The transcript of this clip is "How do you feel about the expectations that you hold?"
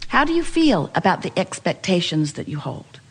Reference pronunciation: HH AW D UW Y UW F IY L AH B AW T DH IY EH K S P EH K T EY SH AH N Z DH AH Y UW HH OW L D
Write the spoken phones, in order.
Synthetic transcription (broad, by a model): HH AW D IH Y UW F IY L AH B AW T DH IY EH K S P EH K T EY SH AH N Z DH AH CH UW HH OW L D